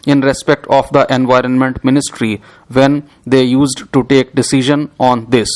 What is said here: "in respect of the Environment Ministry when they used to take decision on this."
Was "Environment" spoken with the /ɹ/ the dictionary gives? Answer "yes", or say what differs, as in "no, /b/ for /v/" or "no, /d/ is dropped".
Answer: yes